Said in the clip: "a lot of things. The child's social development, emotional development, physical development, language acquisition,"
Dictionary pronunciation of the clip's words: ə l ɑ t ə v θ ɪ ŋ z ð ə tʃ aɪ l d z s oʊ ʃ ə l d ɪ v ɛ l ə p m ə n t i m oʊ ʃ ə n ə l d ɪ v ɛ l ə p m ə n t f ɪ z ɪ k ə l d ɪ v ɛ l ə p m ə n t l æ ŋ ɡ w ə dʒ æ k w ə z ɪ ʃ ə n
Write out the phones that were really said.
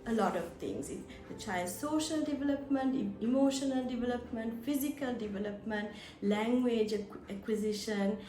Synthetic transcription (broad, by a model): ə l ɑ t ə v t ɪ ŋ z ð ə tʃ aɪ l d s oʊ ʃ ə l d ɪ v ɛ l ə p m ə n t i m oʊ ʃ ə n ə l d ɪ v ɛ l ə p m ə n t f ɪ z ɪ k ə l d ɪ v ɛ l ə p m ə n t l æ ŋ ɡ w ə dʒ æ k w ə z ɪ ʃ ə n